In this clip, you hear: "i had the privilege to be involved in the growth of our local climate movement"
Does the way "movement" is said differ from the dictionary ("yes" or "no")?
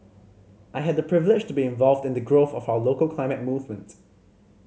no